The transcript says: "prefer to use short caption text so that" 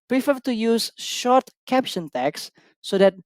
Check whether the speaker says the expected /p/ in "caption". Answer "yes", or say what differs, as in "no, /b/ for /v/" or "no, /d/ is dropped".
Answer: yes